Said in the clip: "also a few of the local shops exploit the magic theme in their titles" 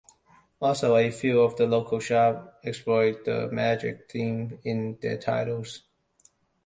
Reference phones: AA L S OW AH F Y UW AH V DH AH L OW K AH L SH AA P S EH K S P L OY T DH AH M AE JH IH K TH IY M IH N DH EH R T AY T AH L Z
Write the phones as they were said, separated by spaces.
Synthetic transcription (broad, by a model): AA L S OW AH F Y UW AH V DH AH L OW K AH L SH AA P EH K S P L OY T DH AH M AE JH IH K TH IY M IH N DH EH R T AY T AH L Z